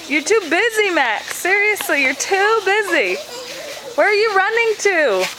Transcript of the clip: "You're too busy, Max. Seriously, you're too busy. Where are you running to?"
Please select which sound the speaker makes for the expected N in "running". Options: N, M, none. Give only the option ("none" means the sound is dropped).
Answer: N